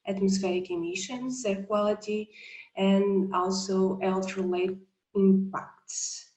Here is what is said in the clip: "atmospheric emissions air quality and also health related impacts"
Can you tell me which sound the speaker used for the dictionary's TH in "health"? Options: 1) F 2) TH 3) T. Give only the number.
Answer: 3